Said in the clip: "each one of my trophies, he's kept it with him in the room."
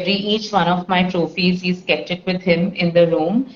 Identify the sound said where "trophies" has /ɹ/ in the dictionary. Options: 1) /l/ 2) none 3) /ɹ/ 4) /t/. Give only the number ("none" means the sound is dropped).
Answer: 3